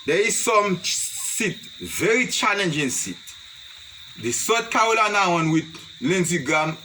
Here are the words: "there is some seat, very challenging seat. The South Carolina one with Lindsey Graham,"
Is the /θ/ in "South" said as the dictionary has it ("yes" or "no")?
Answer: no